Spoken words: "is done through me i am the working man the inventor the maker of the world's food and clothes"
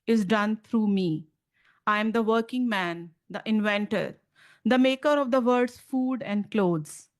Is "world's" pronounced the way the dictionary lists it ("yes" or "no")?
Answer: no